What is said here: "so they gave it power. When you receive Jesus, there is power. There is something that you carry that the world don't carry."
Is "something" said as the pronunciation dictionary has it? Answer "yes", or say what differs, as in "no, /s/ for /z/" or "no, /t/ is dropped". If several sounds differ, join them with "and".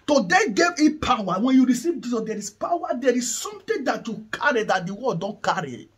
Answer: no, /t/ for /θ/